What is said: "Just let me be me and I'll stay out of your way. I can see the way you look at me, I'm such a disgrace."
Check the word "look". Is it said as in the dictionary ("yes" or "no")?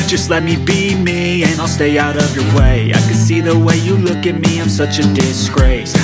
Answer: yes